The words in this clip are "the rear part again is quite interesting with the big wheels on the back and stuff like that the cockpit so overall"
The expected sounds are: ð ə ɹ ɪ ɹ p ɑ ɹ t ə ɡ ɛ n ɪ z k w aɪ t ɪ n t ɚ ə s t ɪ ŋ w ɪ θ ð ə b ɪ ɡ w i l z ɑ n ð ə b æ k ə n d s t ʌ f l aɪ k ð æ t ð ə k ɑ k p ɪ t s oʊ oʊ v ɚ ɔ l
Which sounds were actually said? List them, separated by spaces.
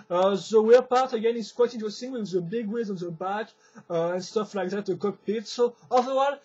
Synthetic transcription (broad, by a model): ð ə w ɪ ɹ p ɑ ɹ t ə ɡ ɛ n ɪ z k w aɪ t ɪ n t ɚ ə s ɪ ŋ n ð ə b ɪ ɡ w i z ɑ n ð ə b æ k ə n s t ʌ f l aɪ k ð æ t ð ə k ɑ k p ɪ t s oʊ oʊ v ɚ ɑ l